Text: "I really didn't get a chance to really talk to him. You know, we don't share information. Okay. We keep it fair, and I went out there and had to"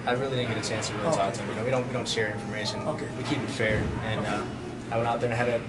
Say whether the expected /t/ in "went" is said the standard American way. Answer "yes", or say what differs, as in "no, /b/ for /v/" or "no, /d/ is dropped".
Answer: no, /t/ is dropped